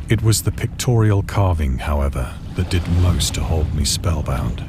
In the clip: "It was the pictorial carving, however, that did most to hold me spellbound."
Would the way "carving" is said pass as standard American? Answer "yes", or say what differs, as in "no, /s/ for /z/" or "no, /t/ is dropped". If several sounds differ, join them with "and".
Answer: yes